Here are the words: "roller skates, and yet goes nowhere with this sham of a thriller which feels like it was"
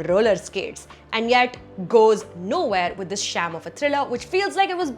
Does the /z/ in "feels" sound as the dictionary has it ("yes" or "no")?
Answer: yes